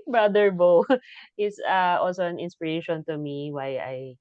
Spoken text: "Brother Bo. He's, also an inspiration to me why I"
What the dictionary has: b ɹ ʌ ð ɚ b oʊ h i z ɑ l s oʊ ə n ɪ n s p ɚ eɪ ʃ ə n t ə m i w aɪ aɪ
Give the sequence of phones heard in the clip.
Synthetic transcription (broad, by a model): b ɹ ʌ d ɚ b oʊ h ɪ s ɑ l s oʊ ə n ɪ n s p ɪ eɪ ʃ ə n t ə m i w aɪ aɪ